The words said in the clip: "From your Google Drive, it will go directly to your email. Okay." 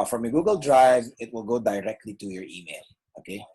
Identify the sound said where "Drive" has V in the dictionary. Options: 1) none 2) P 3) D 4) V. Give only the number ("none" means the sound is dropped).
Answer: 4